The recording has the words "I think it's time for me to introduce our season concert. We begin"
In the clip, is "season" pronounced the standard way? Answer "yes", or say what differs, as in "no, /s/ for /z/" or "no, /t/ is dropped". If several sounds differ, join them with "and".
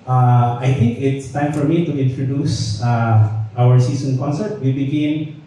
no, /s/ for /z/